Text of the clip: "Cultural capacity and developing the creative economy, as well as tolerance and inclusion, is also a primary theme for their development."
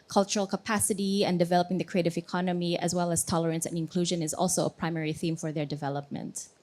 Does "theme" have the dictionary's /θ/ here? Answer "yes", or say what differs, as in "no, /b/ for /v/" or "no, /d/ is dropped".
yes